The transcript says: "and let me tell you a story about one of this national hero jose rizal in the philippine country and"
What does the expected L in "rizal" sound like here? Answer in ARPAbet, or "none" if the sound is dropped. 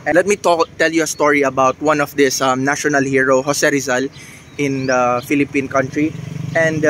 L